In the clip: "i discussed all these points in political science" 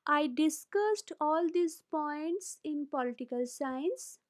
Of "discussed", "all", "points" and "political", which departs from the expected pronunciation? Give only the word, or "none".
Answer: none